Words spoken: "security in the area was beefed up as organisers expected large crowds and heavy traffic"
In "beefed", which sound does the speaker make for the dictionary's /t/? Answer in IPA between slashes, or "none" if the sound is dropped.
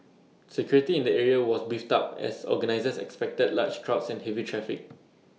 /t/